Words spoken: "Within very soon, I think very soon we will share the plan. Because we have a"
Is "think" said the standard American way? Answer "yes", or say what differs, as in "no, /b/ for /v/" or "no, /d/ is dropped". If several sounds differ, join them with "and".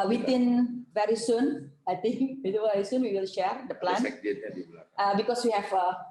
no, /t/ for /θ/